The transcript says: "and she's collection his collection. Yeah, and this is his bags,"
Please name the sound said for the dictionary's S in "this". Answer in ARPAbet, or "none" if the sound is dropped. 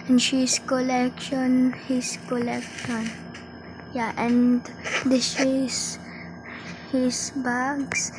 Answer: SH